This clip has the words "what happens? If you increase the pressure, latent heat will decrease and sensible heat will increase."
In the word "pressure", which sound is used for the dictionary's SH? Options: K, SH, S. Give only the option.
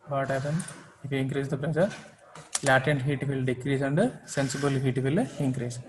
S